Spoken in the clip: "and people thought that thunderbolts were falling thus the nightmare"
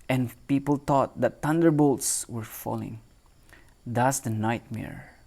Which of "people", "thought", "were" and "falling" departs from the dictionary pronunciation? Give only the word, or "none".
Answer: thought